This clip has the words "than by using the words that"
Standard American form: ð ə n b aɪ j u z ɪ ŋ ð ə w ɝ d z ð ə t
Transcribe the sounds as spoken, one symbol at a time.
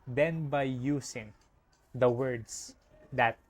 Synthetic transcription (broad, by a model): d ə n b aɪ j u s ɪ ŋ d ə w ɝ d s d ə t